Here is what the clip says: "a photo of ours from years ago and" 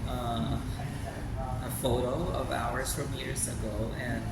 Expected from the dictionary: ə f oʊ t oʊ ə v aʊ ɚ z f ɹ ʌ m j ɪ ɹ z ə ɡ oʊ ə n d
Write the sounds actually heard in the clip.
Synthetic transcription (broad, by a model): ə f oʊ t oʊ ə v aʊ ɚ z f ɹ ʌ m j ɪ ɹ z ə ɡ oʊ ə n